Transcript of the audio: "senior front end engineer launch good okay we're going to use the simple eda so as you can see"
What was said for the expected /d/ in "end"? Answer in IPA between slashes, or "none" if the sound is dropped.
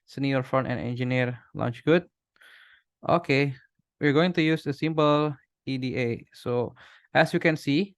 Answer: none